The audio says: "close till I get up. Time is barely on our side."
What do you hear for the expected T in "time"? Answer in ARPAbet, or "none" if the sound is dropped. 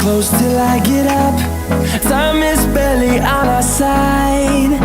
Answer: S